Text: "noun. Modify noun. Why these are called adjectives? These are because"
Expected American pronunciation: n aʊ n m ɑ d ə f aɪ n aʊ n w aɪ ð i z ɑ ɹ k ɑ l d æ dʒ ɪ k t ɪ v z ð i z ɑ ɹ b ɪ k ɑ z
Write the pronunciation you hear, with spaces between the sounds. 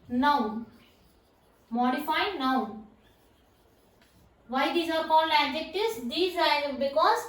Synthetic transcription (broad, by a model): n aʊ m ɑ d ə f aɪ n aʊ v aɪ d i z ɑ ɹ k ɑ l æ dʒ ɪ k t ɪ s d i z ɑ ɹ b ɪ k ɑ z